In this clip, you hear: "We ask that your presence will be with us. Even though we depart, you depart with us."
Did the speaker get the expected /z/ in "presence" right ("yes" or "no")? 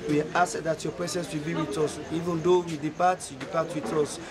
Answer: no